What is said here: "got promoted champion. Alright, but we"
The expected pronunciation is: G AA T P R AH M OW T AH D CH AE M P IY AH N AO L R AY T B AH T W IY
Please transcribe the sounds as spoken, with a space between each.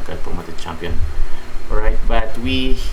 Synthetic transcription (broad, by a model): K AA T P AH M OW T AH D CH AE M P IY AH N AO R AY T B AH T W IY